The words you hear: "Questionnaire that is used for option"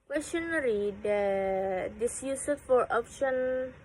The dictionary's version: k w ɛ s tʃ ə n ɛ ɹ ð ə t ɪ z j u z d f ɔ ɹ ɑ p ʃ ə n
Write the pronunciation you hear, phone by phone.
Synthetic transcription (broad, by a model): k w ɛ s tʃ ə n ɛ ɹ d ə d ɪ s j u s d f ɔ ɹ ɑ p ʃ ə n